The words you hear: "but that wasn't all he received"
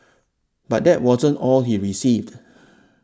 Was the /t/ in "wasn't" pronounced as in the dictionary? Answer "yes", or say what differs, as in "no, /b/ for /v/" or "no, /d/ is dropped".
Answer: yes